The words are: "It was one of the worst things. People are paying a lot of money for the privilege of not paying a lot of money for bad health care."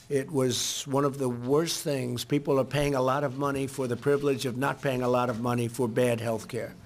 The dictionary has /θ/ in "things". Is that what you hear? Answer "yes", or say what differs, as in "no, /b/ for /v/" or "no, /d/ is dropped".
yes